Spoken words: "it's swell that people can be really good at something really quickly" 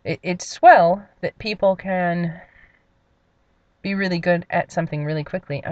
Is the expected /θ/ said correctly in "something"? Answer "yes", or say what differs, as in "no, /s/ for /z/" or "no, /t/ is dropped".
yes